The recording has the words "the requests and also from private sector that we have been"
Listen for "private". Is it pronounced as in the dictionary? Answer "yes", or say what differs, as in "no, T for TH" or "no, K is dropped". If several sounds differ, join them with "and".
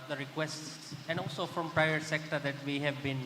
no, V is dropped